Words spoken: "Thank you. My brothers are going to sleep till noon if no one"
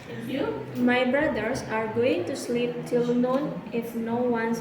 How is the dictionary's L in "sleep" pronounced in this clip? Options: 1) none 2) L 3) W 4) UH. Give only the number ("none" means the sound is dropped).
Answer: 2